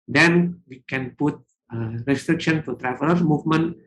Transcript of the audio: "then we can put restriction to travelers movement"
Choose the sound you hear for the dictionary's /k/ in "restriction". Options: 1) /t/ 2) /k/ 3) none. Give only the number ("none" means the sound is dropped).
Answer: 2